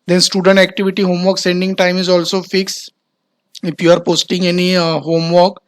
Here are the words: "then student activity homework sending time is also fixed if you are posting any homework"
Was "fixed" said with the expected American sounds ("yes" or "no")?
no